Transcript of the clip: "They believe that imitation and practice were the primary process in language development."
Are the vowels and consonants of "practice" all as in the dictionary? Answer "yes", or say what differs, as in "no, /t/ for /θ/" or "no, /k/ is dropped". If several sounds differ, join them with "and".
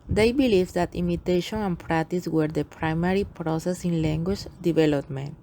yes